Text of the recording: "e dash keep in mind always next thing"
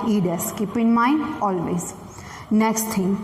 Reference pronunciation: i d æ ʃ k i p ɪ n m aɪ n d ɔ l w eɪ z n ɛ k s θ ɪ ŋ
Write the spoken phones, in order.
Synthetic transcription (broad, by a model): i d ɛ s k i p ɪ n m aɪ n ɔ l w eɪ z n ɛ k s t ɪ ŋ